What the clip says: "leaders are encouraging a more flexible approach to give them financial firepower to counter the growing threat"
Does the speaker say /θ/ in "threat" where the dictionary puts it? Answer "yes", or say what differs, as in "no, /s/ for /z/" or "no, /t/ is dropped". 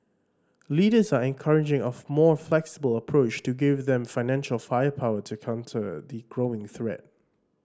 yes